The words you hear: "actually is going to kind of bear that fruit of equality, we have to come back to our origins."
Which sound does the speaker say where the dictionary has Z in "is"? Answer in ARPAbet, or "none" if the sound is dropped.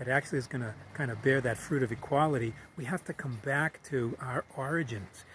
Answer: Z